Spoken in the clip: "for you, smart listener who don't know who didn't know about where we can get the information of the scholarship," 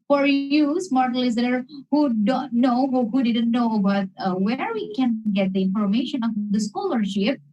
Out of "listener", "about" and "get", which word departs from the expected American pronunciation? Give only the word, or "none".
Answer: listener